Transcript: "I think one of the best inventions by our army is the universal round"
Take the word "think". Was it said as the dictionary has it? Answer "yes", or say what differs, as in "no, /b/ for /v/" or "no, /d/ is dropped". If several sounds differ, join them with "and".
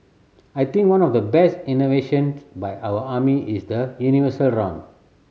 no, /t/ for /θ/